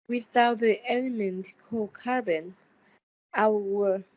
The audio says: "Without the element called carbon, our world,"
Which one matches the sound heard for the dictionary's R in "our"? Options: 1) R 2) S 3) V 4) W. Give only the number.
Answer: 4